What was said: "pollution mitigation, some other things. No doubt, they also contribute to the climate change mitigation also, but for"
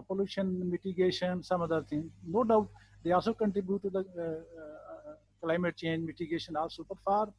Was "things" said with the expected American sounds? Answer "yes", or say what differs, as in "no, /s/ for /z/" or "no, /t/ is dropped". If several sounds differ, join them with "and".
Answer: no, /t/ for /θ/ and /z/ is dropped